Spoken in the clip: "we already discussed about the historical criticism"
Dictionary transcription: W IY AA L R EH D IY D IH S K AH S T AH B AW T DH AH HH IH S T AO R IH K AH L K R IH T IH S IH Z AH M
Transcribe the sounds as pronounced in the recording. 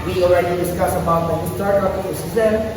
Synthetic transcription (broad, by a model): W IY AA L R EH D IY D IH S K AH S AH B AW T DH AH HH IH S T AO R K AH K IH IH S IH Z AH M